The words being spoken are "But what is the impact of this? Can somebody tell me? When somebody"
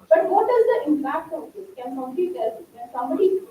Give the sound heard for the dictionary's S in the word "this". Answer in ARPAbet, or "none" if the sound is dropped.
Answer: none